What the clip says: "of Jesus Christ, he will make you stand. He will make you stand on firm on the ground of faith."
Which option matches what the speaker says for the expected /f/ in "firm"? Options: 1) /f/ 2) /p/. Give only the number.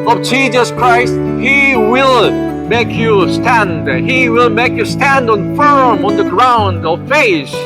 1